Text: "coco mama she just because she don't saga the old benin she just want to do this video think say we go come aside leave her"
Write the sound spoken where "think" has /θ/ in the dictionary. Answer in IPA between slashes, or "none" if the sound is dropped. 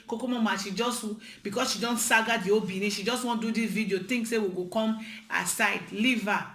/t/